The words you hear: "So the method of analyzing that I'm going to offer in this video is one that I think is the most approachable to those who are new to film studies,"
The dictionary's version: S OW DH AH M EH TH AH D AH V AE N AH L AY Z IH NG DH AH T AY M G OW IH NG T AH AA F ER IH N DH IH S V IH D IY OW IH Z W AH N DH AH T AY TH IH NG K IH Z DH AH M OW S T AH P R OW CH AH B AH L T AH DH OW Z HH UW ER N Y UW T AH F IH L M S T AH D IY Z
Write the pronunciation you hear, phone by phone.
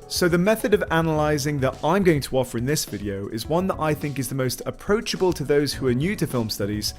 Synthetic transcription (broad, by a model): S OW DH AH M EH TH AH D AH V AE N AH L AY Z IH NG DH AH T AY M G OW IH NG T AH AA F ER IH N DH IH S V IH D IY OW IH Z W AH N DH AH T AY TH IH NG K IH Z DH AH M OW S T AH P R OW CH AH B AH L T AH DH OW Z HH UW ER N Y UW T AH F IH L M S T AH D IY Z